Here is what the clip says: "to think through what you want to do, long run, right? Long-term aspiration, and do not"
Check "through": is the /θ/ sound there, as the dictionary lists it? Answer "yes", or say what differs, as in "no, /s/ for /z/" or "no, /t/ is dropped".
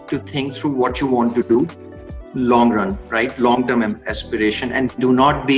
no, /t/ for /θ/